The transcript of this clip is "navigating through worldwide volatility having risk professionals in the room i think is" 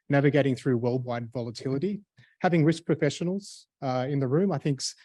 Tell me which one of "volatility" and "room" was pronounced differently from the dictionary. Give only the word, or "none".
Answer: none